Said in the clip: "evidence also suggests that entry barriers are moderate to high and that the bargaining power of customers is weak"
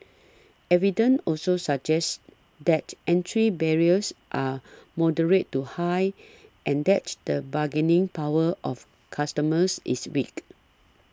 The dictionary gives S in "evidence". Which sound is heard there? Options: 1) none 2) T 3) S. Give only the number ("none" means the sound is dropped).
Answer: 1